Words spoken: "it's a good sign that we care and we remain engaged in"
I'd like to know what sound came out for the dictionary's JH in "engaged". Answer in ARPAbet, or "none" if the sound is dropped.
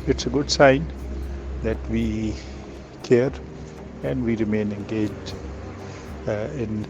JH